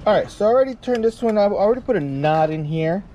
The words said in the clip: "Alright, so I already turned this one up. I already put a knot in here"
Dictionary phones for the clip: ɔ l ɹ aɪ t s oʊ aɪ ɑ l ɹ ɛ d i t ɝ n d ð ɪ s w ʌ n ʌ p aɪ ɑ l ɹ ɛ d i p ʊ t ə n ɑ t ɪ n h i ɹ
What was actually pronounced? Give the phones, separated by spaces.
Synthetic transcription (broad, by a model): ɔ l ɹ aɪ t s oʊ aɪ ɑ l ɹ ɛ d i t ɝ n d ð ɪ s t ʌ ʌ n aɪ ɑ l ɹ ɛ d i p ʊ t ə n ɑ t ɪ n h i ɹ